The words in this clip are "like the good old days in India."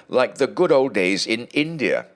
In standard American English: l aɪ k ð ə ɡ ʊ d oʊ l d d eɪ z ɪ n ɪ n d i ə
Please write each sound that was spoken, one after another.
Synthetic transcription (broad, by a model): l aɪ k ð ə ɡ ʊ d oʊ l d d eɪ z ɪ n ɪ n d i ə